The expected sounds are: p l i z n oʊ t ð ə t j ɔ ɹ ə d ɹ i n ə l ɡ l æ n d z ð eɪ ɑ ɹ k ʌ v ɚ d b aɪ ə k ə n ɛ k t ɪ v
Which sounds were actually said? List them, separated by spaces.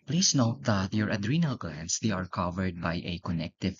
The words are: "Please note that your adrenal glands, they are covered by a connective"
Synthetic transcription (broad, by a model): p l i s n oʊ t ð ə t j ɔ ɹ ə d ɹ i n ə l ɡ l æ n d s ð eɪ ɑ ɹ k ʌ v ɚ d b aɪ ə k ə n ɛ k t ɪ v